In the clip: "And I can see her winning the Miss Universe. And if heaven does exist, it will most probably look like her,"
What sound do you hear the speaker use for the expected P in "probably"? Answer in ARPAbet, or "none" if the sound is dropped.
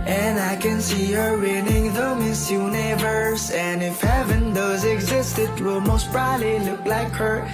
B